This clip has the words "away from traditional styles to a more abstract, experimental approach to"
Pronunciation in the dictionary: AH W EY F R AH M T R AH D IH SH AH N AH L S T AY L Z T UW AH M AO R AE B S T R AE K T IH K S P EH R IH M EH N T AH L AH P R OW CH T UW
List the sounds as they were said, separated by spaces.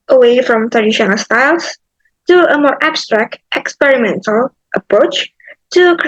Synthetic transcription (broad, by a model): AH W EY F R AH M T R AH D IH SH AH N AH L S T AY L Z T UW AH M AO R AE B S T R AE K T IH K S P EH R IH M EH N T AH L AH P R OW CH T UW